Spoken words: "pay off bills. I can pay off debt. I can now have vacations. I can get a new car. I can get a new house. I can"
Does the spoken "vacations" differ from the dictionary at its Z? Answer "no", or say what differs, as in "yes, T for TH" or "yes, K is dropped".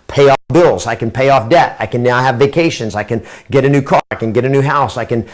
no